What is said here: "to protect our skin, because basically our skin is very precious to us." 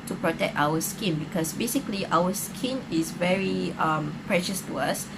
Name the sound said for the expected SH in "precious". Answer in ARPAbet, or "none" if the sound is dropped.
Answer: SH